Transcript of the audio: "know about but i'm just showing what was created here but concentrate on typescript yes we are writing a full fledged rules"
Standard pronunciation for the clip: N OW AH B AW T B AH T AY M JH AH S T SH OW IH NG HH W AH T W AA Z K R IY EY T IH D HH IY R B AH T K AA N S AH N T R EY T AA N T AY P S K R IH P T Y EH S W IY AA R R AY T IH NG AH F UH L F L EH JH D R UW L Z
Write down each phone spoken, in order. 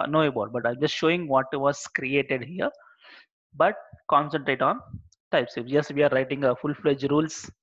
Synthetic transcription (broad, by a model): N OW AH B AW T B AH T AY M JH AH S T SH OW IH NG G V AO T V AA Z K R IY EY T IH D HH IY R B AH T K AA N S AH N T R EY T AA N T AY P S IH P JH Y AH S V IY AA R R AY T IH NG AH F UH L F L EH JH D R UW L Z